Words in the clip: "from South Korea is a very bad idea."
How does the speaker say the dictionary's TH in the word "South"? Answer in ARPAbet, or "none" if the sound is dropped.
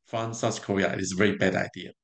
S